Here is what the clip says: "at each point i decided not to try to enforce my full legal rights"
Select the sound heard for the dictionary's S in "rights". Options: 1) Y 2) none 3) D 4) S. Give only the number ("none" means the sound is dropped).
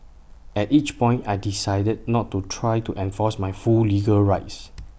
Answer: 4